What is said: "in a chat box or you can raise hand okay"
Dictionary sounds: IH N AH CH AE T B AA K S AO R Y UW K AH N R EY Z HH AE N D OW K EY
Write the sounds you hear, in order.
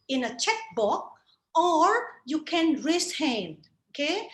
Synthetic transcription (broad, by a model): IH N AH CH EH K B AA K AO R Y UW K AH N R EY S HH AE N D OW K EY